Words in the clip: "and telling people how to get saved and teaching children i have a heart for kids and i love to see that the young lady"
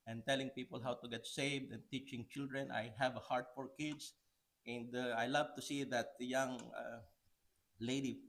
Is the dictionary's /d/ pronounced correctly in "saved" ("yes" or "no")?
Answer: yes